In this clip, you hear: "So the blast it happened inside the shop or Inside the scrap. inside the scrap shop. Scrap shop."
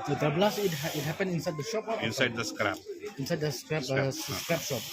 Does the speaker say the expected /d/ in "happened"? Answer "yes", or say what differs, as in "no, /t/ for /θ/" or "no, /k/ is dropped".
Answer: no, /d/ is dropped